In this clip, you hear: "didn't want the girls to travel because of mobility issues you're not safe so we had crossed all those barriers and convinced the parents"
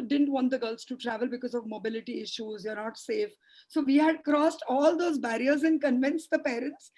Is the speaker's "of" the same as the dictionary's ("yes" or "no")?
yes